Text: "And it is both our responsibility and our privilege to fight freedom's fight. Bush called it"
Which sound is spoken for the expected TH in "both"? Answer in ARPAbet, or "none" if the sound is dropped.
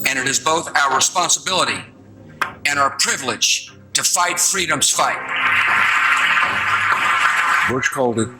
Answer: TH